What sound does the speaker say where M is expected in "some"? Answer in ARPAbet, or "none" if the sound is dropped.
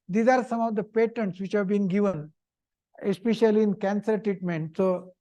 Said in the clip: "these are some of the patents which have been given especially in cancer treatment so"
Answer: M